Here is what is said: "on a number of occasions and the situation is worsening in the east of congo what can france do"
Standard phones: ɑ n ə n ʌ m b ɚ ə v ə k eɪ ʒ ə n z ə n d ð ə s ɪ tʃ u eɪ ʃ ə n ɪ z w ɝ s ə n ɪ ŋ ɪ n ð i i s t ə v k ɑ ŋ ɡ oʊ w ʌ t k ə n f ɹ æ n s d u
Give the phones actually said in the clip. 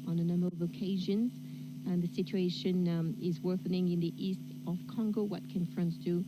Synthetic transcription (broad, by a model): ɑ n ə n ʌ m b ɚ ə v ə k eɪ ʒ ə n z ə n ð ə s ɪ tʃ u eɪ ʃ ə n ɪ z w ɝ θ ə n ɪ ŋ ɪ n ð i i s t ə v k ɑ ŋ ɡ oʊ w ʌ t k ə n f ɹ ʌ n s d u